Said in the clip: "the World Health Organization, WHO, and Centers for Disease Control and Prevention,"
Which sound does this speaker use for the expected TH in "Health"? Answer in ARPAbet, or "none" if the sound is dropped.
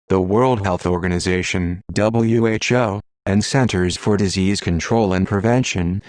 TH